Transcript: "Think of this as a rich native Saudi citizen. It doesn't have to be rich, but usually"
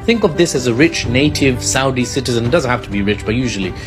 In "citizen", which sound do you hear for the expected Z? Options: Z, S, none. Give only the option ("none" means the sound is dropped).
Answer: Z